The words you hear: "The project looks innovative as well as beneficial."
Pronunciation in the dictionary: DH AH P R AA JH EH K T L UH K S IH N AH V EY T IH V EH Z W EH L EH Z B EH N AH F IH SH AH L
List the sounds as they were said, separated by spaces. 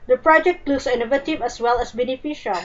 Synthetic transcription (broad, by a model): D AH P R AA JH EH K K L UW S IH N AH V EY T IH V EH S W EH L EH S B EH N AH F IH SH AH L